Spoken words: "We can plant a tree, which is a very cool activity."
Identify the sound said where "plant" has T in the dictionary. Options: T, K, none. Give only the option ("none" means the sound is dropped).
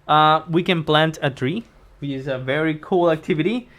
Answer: T